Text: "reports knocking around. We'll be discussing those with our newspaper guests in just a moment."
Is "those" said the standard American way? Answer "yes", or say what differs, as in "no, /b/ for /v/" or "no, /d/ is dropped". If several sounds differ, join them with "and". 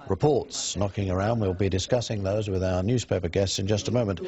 yes